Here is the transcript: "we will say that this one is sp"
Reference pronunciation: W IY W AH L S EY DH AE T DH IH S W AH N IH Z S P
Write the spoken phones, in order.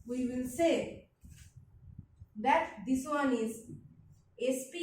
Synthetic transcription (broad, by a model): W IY W AH L S EY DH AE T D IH S W AH N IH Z S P